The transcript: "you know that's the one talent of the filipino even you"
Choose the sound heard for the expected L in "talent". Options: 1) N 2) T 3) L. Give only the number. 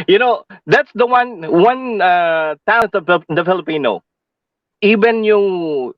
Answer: 1